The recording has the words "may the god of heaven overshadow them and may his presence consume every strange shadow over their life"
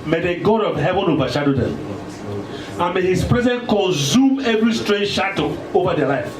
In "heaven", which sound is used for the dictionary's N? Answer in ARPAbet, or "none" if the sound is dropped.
N